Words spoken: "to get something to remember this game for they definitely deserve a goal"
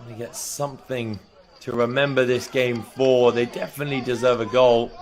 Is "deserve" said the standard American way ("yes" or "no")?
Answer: yes